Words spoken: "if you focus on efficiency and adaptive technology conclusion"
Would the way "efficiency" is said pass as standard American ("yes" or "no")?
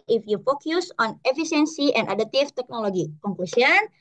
no